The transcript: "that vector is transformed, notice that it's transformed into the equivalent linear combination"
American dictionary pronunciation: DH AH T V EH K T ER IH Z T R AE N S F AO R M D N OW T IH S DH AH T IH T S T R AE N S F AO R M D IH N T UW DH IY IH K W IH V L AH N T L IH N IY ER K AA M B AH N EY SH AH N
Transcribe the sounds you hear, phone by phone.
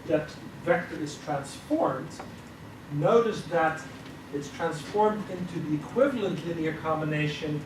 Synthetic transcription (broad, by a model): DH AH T V EH K T ER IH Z T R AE N S F AO R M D N OW T IH S DH AH T IH T S T R AE N S F AO R M D IH N T UW DH IY IH K W IH V L AH N T L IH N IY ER K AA M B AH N EY SH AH N